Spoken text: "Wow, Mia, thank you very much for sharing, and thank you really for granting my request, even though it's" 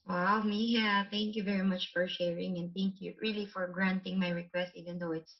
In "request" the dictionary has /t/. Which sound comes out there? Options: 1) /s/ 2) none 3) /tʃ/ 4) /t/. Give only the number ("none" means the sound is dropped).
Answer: 4